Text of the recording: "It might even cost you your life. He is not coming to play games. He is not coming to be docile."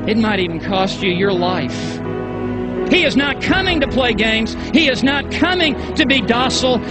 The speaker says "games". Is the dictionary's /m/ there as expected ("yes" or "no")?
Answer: yes